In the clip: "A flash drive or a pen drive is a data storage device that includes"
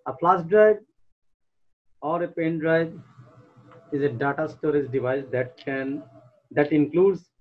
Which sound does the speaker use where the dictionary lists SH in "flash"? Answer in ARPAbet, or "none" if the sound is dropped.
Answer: S